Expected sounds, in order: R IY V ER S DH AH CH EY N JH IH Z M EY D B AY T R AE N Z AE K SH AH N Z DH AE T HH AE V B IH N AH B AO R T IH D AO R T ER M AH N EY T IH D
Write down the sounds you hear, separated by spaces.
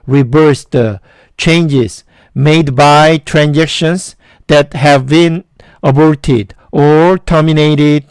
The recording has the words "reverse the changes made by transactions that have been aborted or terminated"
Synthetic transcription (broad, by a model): R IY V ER S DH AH CH EY N JH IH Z M EY D B AY T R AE N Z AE K SH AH N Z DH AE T HH AE V B IH N AH B AO R T IH D AO R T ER M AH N EY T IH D